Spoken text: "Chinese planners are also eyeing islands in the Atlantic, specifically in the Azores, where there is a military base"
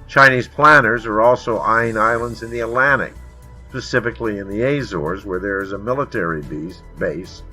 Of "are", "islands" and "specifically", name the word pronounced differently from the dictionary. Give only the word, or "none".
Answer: none